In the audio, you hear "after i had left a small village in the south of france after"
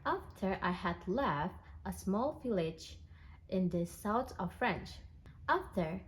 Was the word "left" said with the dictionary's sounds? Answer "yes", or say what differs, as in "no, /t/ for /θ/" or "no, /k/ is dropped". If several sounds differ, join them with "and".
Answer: yes